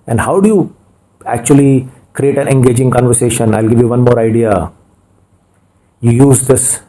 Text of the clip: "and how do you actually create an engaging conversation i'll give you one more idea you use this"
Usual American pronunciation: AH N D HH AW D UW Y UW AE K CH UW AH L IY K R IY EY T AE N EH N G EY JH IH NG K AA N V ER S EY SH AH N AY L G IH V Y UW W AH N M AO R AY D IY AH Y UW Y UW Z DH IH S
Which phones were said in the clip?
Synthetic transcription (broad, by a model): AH N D HH AW D UW Y UW AE K CH UW AH L IY K R IY EY T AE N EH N G EY JH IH NG K AA N V ER S EY SH AH N AY L G IH V Y UW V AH N M AO R AY D IY AH Y UW Y UW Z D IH S